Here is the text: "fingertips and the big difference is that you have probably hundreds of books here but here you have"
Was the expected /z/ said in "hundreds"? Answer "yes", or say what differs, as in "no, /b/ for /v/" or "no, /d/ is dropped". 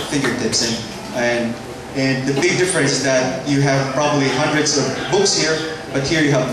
yes